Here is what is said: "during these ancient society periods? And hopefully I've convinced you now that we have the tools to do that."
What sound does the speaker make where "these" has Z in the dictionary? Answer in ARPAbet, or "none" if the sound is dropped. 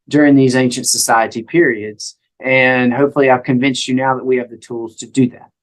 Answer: Z